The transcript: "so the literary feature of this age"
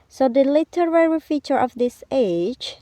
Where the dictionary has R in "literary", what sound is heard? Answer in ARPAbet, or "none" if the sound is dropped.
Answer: R